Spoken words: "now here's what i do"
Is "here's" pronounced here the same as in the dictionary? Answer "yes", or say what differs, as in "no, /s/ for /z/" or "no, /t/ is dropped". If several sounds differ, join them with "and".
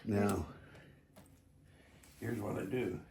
yes